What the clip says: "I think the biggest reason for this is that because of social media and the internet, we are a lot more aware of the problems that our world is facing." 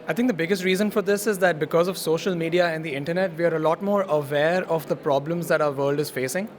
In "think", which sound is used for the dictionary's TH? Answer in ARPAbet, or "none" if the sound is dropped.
T